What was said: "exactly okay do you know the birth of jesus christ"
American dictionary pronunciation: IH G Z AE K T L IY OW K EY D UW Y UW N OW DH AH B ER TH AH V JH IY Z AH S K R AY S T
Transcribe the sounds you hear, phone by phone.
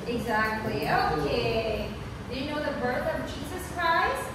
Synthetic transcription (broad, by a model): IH G Z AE K T L IY OW K EY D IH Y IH N OW DH AH B ER TH AH V JH IY Z AH S K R AY S T